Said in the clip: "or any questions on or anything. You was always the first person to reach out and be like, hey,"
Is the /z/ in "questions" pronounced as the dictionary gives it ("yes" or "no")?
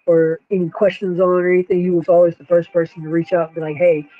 yes